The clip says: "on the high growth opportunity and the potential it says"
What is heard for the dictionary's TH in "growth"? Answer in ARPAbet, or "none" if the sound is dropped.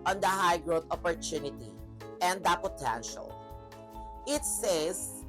T